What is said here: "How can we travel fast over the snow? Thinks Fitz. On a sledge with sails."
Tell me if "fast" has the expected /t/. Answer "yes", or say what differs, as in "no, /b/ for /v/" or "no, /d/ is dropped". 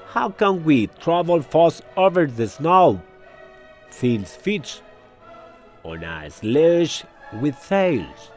no, /t/ is dropped